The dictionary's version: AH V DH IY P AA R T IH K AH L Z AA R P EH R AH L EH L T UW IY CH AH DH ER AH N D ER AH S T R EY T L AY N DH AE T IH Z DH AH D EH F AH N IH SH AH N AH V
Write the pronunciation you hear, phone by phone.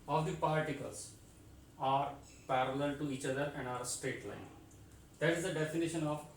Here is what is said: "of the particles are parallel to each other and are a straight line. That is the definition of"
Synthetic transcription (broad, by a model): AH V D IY P AA R T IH K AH L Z AA R P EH R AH L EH L T UW IY CH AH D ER AH N D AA AH S T EY T L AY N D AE T IH Z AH D EH F AH N IH SH AH N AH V